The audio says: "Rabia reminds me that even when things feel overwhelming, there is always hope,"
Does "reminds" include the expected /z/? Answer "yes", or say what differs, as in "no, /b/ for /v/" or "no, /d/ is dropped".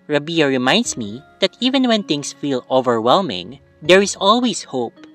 no, /s/ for /z/